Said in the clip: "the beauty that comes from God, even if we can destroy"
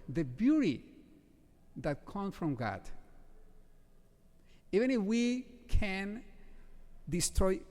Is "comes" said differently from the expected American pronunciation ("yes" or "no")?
yes